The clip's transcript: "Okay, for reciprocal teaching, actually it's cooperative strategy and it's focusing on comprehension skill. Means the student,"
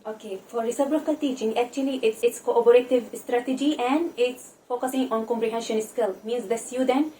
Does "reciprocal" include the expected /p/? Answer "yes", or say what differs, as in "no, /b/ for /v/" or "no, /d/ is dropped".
no, /b/ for /p/